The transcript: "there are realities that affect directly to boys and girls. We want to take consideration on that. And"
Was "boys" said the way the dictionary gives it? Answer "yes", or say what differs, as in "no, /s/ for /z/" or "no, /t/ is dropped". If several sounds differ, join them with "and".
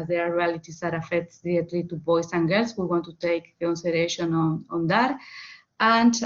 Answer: no, /s/ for /z/